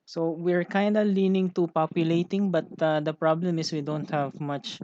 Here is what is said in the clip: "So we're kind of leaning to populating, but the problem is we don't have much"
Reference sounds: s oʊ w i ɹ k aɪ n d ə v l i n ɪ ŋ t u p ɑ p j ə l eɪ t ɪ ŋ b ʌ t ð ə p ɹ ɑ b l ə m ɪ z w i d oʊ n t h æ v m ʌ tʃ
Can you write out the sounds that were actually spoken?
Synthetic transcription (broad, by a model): s oʊ w i ɹ k aɪ n d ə l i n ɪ ŋ t u p ɑ p j ə l eɪ t ɪ ŋ b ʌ t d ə p ɹ ɑ b l ə m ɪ s w i d oʊ n t h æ v m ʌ tʃ